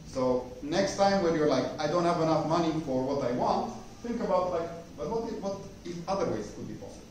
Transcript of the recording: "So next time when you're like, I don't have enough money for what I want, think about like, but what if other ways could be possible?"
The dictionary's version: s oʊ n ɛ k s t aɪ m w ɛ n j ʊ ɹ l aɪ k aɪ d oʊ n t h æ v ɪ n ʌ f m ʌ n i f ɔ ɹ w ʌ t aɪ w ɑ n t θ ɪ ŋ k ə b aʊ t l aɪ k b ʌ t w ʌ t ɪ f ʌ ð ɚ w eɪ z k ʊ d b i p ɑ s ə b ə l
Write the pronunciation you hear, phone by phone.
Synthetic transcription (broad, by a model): s oʊ n ɛ k s t aɪ m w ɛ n j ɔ ɹ l aɪ k aɪ d oʊ n t h æ v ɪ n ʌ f m ʌ n i f ɔ ɹ w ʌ t aɪ w ɑ n t θ ɪ ŋ k ə b aʊ t l aɪ k b ʌ t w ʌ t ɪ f ʌ ð ɚ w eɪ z k ʊ d b i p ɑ s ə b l